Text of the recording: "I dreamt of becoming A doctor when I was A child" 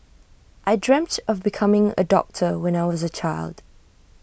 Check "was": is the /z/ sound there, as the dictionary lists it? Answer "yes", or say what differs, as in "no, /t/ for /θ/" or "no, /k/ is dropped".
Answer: yes